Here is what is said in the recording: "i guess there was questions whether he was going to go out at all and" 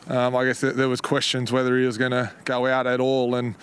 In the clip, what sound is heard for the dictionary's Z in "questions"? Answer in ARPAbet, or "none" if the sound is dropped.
Z